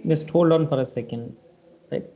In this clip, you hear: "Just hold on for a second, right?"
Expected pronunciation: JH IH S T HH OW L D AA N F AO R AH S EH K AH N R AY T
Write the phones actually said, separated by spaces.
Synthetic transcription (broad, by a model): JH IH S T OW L AA N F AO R AH S EH K AH N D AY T